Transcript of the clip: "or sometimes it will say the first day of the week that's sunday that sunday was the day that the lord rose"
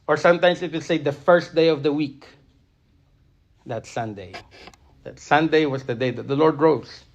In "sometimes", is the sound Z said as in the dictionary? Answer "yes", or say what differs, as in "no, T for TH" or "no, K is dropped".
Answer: no, S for Z